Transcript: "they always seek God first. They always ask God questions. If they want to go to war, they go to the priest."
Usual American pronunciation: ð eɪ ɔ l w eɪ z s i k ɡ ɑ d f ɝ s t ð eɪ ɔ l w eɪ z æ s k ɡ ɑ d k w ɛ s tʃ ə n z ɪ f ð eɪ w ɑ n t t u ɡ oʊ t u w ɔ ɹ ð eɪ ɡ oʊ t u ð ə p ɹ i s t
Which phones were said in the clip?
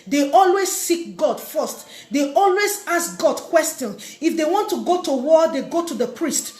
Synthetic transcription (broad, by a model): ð eɪ ɔ l w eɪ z s i k ɡ ɑ d f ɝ s t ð eɪ ɔ l w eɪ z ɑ s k ɡ ɑ d k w ɛ s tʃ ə n ɪ f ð eɪ w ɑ n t t u ɡ oʊ t u w ɔ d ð eɪ ɡ oʊ t u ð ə p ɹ i s t